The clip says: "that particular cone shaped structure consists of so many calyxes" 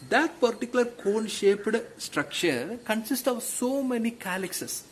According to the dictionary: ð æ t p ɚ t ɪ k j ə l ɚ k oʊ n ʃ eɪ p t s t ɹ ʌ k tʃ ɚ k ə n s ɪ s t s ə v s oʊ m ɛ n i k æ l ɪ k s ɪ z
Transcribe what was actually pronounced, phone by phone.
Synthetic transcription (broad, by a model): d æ t p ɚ t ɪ k j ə l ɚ k oʊ n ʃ eɪ p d s t ɹ ʌ k tʃ ɚ k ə n s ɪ s t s ə v s oʊ m ɛ n i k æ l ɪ k s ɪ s